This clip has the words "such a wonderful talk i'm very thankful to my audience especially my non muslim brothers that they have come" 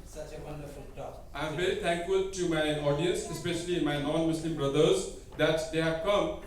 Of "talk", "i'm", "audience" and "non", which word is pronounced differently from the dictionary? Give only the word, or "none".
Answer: talk